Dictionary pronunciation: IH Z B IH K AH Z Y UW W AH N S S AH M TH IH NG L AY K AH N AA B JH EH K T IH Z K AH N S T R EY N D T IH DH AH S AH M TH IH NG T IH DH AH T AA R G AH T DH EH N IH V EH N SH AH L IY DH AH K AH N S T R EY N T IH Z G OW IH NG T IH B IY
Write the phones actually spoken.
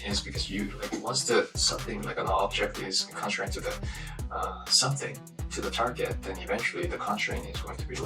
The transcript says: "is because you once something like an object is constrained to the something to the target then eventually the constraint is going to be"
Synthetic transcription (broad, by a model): IH Z B IH K AH Z Y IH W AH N S S AH M TH IH NG L AY K AH N AA B JH EH K T IH Z K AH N T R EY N T IH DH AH S AH M TH IH NG T IH DH AH T AA R G AH T DH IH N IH V EH N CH L IY DH AH K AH N T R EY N IH Z G OW IH NG T IH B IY